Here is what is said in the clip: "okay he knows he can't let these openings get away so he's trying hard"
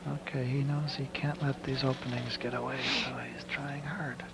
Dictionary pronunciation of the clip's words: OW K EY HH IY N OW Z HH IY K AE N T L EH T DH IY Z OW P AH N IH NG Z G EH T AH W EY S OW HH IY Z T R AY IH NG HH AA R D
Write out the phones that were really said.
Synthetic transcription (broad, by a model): OW K EY HH IY N OW Z HH IY K AE N T L EH T DH IY Z OW P AH N IH NG Z G EH T AH W EY S OW HH IY Z T R AY IH NG HH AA R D